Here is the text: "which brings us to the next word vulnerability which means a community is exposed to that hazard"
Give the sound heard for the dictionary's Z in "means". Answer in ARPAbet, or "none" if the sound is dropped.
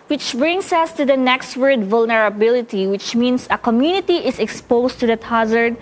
S